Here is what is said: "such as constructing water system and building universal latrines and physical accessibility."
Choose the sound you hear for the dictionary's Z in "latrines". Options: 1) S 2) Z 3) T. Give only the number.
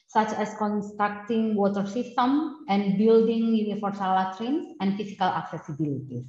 1